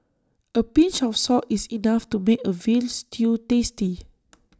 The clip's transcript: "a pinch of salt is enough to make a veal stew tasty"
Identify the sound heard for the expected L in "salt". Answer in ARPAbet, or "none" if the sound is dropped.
none